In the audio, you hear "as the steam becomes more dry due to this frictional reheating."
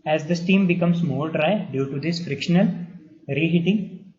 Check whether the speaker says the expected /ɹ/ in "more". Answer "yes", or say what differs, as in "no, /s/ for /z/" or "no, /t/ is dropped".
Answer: no, /l/ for /ɹ/